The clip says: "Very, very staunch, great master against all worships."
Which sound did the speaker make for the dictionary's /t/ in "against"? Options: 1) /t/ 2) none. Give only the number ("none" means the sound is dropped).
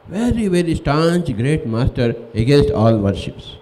1